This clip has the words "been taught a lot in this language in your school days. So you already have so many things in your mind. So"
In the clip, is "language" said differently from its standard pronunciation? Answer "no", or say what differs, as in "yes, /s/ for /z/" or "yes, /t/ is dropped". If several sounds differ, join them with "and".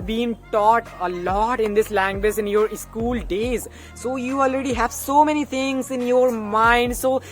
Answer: no